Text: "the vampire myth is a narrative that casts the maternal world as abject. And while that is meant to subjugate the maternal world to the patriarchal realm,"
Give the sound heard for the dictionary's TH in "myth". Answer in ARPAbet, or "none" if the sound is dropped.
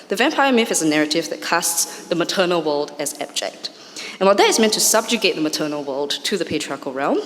F